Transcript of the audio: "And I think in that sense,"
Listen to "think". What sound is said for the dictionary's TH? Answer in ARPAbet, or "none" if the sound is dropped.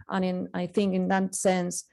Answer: TH